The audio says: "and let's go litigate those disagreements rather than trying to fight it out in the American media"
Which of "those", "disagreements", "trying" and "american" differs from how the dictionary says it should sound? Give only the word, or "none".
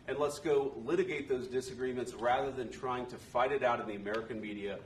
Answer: none